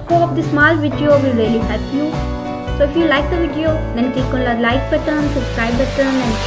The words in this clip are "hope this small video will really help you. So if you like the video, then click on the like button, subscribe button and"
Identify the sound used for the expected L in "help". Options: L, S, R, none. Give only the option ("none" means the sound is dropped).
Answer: none